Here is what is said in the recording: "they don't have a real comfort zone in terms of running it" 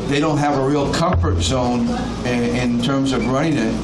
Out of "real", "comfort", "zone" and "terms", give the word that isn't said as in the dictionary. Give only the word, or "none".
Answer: none